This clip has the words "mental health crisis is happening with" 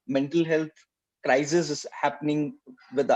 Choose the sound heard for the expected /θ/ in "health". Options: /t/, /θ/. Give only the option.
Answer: /t/